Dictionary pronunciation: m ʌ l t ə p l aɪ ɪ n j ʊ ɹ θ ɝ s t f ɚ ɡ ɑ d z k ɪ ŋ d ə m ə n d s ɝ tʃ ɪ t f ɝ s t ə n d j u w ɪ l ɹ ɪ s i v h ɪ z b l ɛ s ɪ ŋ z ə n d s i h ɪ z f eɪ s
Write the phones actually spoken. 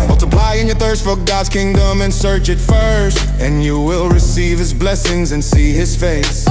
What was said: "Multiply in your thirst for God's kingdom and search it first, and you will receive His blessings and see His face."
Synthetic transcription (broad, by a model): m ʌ l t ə p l aɪ ɪ n j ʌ ɹ θ ɝ s t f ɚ ɡ ɑ d z k ɪ ŋ d ə m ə n s ɝ tʃ ɪ t f ɝ s t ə n j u w ɪ l ɹ ɪ s i v h ɪ z b l ɛ s ɪ ŋ z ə n s i ɪ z f eɪ s